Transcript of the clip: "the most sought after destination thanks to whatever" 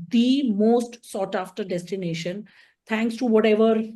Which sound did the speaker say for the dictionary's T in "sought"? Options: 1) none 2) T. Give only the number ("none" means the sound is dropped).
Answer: 2